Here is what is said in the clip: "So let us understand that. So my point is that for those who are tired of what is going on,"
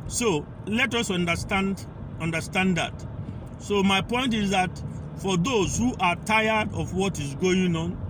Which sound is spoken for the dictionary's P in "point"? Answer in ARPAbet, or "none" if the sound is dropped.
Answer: P